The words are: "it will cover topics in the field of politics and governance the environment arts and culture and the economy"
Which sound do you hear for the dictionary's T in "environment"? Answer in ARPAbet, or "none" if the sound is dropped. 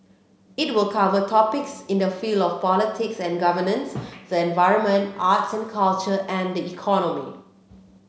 T